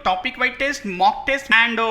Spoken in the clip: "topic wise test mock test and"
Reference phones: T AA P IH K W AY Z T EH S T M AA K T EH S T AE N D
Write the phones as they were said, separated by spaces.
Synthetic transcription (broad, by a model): T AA P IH K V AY T EH S T M AA K T EH S T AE N D